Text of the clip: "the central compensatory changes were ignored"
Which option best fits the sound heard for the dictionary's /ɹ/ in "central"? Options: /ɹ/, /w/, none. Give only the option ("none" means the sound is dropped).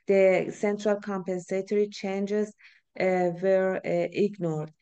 /ɹ/